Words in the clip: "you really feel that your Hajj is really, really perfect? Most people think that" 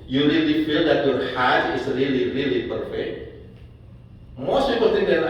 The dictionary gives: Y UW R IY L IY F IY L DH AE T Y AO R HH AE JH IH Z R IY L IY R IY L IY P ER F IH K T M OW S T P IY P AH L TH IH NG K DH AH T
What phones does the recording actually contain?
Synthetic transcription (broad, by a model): Y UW R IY L IY F IY L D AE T Y AO R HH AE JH IH Z R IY L IY R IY L IY P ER F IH K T M OW S T P IY P AH L T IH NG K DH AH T